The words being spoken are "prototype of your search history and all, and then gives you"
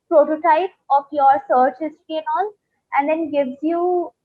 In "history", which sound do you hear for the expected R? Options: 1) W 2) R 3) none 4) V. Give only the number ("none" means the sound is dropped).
3